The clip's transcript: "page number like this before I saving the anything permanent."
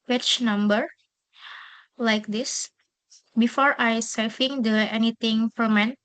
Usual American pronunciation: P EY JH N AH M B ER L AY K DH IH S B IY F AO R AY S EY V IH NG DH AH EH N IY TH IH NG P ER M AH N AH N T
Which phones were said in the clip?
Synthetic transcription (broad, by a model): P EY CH N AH M B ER L AY K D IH S B IY F AO R AY S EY F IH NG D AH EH N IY T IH NG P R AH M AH N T